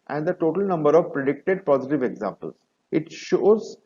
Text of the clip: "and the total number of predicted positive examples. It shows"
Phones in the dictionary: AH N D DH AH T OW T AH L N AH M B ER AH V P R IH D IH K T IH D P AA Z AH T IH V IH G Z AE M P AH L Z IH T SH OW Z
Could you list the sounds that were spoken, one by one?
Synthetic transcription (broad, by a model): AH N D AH T OW T AH L N AH M B ER AH V P R IH D IH K T IH D P AA Z AH T IH V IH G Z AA M P AH L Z IH T SH OW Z